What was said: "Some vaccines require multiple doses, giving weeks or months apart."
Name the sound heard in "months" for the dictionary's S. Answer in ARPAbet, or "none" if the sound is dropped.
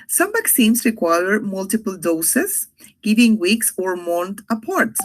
none